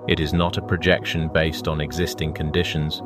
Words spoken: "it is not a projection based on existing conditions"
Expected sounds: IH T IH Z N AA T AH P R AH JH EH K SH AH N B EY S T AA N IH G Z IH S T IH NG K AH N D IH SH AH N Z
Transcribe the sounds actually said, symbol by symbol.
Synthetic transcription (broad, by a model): IH T IH Z N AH T AH P R AH JH EH K SH AH N B EY S T N IH G Z IH S T IH NG K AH N D IH SH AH N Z